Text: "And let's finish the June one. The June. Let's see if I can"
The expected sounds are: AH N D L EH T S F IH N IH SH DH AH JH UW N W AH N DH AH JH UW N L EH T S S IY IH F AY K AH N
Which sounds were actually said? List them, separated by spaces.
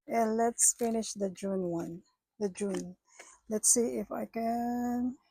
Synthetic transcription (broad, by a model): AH N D L EH T S F IH N IH SH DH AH JH UW N W AH N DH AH JH UW N L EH T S S IY IH F AY K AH N